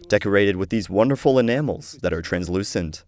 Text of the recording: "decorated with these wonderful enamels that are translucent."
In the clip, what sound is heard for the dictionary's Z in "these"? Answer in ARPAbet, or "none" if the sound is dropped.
Z